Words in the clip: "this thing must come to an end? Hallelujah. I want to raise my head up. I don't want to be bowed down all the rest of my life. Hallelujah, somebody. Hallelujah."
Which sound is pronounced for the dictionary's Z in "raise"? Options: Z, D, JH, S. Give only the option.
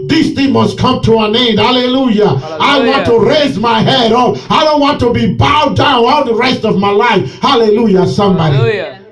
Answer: Z